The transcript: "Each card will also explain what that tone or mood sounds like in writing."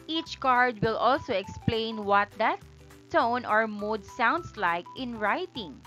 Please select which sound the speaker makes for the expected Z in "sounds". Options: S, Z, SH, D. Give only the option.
S